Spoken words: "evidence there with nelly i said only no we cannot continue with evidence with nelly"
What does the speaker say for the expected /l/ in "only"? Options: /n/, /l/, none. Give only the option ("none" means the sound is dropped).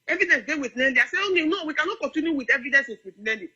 none